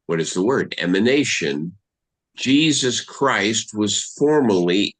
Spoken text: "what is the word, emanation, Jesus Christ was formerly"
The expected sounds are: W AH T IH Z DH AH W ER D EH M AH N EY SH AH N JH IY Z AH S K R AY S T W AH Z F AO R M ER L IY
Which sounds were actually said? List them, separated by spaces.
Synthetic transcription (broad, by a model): W AH T IH Z DH AH W ER D EH M AH N EY SH AH N JH IY Z AH S K R AY S T W AH Z F AO R M ER L IY